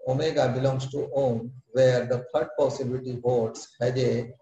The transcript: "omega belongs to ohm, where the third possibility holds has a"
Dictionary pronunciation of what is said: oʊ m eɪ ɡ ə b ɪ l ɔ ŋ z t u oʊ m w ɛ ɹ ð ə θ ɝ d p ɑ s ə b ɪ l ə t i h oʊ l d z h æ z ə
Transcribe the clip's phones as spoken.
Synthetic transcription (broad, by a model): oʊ m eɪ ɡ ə b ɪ l ɔ ŋ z t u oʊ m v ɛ ɹ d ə f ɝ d p ɑ s ə b ɪ l ə t i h oʊ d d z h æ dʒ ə